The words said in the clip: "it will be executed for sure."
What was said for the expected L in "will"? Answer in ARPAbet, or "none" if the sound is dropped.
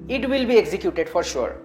L